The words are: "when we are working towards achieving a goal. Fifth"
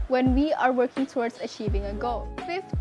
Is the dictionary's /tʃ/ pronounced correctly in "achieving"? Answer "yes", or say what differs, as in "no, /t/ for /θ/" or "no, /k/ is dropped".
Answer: yes